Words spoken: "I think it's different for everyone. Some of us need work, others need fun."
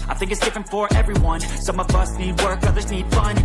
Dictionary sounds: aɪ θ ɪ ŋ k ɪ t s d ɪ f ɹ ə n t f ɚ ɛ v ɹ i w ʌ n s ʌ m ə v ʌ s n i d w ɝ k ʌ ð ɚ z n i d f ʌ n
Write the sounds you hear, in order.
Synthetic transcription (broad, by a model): aɪ θ ɪ ŋ k ɪ t s d ɪ f ɹ ə n t f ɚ ɛ v ɹ i w ʌ n s ʌ m ə v ʌ s n i d w ɝ k ʌ ð ɚ z n i d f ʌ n